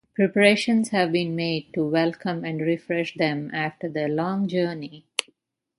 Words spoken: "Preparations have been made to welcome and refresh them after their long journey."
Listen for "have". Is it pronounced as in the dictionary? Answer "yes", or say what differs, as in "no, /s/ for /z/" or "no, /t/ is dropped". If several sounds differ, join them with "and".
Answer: yes